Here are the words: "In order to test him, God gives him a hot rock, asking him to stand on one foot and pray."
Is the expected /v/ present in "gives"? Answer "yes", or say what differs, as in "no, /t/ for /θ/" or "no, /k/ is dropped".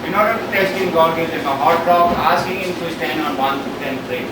no, /v/ is dropped